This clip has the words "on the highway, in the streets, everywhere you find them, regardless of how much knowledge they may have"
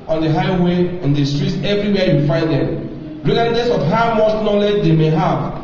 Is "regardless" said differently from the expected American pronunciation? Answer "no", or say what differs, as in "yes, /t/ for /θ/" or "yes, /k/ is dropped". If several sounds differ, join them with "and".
yes, /l/ is dropped